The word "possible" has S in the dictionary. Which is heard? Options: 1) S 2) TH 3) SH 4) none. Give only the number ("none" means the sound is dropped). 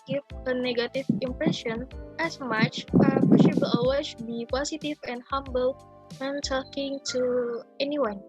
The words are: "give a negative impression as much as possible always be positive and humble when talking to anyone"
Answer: 3